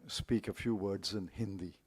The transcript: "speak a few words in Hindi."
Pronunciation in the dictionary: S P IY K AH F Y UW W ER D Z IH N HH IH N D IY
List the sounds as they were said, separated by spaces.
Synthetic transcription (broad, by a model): S P IY K AH F Y UW W ER D Z IH N HH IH N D IY